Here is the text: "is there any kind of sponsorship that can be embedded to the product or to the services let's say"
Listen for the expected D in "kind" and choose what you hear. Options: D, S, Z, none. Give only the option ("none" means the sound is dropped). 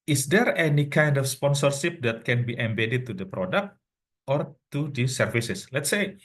D